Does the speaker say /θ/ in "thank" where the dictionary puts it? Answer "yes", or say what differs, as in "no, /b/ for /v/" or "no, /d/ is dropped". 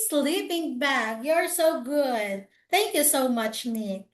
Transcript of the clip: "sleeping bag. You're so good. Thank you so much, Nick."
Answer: yes